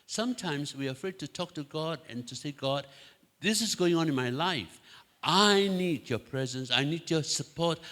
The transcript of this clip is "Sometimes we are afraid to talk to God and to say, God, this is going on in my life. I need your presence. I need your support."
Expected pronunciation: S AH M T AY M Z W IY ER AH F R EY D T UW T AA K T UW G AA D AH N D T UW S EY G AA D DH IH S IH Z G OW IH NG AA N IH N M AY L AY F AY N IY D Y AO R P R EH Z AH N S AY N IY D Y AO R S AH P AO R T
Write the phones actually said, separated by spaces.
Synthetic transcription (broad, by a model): S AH M T AY M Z W IY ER AH F R EY D T UW T AA K T UW G AA D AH N T UW S EY G AA D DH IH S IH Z G OW IH NG AA N IH N M AY L AY F AY N IY D Y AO P R EH Z AH N S AY N IY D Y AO S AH P AO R T